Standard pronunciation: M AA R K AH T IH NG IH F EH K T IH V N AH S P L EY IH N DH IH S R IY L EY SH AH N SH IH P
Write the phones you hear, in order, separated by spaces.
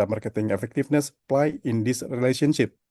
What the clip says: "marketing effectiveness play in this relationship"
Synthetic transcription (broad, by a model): M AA R K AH T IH NG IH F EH K T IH F N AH S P L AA IH N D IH S R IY L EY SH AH N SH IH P